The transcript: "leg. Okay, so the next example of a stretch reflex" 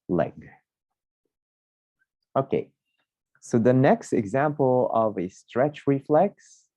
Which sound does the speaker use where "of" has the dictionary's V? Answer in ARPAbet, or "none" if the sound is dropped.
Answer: V